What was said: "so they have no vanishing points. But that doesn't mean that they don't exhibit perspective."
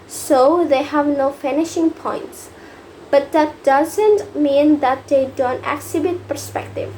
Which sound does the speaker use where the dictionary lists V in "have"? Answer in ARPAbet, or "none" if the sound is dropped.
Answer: V